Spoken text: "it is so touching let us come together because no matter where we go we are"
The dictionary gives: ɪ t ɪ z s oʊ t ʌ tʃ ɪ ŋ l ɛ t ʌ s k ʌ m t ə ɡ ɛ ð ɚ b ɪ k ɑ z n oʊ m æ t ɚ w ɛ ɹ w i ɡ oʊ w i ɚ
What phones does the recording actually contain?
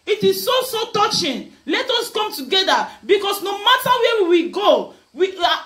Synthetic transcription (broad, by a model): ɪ t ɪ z s oʊ t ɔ tʃ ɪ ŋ l ɛ t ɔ s k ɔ m t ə ɡ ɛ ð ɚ b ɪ k ɑ s n oʊ m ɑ t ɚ w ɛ w w i ɡ oʊ w i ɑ